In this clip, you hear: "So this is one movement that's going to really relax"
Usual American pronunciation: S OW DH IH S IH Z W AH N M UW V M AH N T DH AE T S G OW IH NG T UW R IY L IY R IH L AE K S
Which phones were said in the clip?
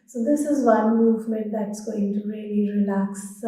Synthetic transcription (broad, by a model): S OW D IH S IH Z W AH N M UW V M AH N T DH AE T S G OW IH NG T UW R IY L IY R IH L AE K S